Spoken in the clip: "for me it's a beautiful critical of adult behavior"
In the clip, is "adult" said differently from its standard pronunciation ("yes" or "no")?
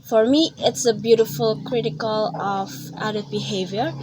yes